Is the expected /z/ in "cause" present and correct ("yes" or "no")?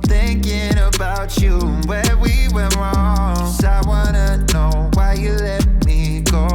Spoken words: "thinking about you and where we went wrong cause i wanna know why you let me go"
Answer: no